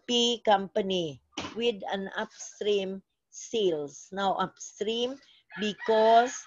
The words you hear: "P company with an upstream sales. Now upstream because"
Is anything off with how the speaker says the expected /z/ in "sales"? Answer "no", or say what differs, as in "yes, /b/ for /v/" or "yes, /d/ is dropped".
yes, /s/ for /z/